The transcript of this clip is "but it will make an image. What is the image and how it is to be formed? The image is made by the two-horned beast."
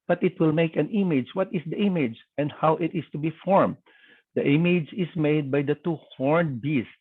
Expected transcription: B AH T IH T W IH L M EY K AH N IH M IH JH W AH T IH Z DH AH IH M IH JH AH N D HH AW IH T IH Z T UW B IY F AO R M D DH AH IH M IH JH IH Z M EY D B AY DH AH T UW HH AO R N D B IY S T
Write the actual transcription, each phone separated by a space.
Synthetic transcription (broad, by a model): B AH T IH T W IH L M EY K AH N IH M IH JH W AH T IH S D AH IH M IH JH AH N D HH AW IH T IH S T UW B IY F AO R M D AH IH M IH JH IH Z M EY D B AY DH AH T UW HH AO R N D B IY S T